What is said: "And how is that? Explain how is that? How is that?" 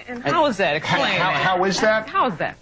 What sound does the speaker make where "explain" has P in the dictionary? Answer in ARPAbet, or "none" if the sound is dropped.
none